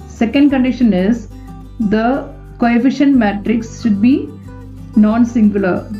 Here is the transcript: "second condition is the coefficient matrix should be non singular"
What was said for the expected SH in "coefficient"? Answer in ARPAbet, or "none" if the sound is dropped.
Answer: SH